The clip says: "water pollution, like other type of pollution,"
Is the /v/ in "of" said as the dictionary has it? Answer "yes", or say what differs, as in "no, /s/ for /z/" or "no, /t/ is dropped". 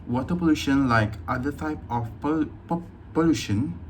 no, /p/ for /v/